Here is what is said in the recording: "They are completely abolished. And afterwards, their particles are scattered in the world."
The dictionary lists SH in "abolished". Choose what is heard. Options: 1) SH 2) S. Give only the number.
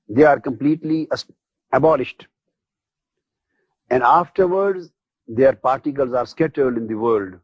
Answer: 1